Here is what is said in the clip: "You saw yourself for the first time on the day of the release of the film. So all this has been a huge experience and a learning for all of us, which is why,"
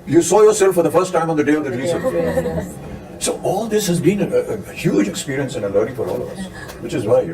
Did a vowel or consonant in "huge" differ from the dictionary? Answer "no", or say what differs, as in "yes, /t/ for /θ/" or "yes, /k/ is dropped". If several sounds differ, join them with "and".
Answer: no